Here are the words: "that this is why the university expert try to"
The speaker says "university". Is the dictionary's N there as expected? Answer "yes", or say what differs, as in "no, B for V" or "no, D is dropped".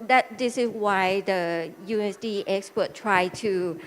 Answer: no, N is dropped